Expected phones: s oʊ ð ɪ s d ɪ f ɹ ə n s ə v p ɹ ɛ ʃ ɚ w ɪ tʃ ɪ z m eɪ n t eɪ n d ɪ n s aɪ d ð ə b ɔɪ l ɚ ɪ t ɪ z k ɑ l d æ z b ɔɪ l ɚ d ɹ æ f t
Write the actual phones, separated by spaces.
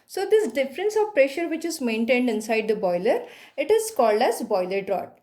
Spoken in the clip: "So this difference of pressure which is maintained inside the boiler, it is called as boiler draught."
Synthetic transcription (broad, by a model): s oʊ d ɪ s d ɪ f ɹ ə n s ə v p ɹ ɛ ʃ ɚ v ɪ tʃ ɪ z m eɪ n t eɪ n d ɪ n s aɪ d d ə b ɔɪ l ɚ ɪ t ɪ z k ɑ l d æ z b ɔɪ l ɚ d ɹ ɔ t